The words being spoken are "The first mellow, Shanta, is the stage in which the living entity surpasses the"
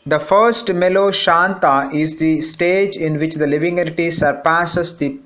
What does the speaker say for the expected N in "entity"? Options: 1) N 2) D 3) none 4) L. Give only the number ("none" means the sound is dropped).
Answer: 3